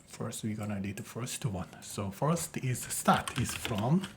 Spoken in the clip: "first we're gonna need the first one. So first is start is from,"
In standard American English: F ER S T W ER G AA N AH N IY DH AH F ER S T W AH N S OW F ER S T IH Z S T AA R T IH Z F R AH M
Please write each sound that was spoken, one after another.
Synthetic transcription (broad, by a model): F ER S T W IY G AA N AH L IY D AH F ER S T W AH N S OW F ER S T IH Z S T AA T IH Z F R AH M